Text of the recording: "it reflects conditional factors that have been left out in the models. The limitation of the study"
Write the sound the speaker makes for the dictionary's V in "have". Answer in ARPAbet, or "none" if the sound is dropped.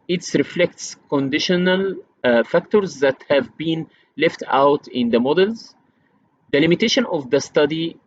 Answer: V